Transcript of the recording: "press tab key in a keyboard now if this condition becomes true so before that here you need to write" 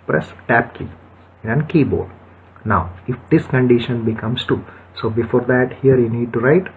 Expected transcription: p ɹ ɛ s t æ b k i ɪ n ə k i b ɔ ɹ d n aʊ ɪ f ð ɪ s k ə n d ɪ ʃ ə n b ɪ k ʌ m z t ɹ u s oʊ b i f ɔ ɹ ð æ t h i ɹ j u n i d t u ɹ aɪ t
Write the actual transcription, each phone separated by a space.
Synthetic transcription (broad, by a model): p ɹ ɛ s t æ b k i ɪ n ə k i b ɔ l n aʊ ɪ f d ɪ s k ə n d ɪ ʃ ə n b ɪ k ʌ m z t u s oʊ b i f ɔ ɹ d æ t h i ɹ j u n i d t u ɹ aɪ t